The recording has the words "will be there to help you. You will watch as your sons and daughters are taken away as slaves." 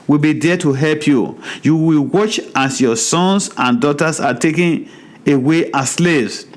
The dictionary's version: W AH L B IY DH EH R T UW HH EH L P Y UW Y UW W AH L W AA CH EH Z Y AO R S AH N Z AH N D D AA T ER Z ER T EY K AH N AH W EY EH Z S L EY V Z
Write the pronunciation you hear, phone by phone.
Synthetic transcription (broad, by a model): W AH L B IY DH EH T UW HH EH L P Y UW Y UW W AH L W AA CH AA S Y AO S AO N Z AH N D D AA T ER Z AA T EY K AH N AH W EY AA S L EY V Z